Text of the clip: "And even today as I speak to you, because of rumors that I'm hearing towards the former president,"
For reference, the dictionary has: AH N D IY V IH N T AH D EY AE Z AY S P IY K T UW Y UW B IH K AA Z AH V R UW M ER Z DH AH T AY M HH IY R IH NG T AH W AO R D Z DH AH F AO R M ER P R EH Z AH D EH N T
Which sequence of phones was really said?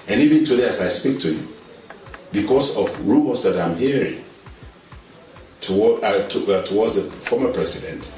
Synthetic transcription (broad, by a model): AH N IY V IH N T AH D EY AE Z AY S P IY K T UW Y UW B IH K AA S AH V R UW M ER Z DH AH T AY M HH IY R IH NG T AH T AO W D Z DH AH F AO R M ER P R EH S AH D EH N T